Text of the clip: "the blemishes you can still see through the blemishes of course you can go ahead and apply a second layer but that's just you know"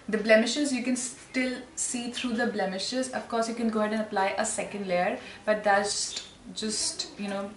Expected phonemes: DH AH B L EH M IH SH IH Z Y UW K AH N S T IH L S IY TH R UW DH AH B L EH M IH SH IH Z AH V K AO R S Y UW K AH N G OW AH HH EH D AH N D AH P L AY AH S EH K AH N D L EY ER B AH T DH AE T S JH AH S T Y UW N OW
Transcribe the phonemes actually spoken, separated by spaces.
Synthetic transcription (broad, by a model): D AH B L EH M IH SH IH Z Y UW K AH N S T IH L S IY T R UW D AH B L EH M IH SH IH Z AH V K AO R S Y UW K AH N G OW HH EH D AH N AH P L AY AH S EH K AH N D L EY ER B AH T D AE S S JH AH S T Y UW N OW